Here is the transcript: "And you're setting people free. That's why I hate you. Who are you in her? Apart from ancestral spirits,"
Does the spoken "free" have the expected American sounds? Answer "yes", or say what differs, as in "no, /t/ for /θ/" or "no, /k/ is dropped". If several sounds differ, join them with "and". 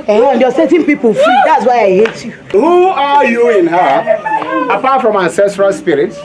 no, /ɹ/ is dropped